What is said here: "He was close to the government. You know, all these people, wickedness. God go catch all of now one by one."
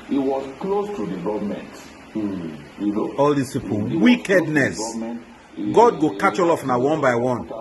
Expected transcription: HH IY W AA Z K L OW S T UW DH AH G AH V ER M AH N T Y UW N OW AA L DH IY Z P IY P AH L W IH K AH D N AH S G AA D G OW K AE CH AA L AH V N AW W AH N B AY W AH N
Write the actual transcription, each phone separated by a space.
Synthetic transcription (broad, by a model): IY W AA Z K L OW S T UW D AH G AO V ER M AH N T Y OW AA L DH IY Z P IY P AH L W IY K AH D N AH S G AA D G OW K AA CH AA L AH F N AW W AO N B AY W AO N